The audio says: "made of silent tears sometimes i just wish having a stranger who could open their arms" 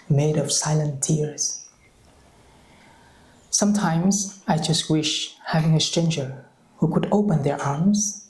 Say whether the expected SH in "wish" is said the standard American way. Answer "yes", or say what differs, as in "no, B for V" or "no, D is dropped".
yes